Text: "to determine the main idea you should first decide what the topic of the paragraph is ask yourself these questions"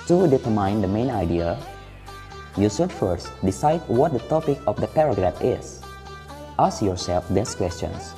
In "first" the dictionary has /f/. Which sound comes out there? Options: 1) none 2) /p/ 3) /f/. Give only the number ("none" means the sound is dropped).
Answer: 3